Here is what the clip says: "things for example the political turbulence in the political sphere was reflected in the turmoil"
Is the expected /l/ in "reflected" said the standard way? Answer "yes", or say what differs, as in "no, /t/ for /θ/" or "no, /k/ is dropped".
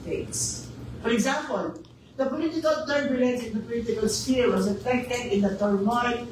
no, /l/ is dropped